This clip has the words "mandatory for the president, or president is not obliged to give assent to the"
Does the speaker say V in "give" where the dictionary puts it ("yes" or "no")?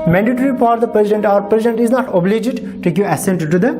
no